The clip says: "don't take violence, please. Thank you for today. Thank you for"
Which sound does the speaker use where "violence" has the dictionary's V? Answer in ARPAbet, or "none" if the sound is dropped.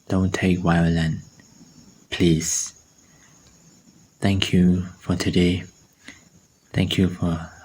W